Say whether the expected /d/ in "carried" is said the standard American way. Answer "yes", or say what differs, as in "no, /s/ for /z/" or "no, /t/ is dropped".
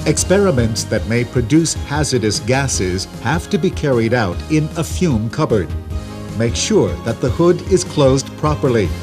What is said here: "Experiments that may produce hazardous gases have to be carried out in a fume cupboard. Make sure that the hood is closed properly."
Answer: yes